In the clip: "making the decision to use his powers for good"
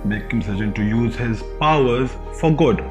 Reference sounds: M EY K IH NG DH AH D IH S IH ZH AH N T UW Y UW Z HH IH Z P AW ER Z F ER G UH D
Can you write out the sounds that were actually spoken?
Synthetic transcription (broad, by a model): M EY K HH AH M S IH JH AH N T UW Y UW Z HH IH Z P AW ER Z F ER G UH D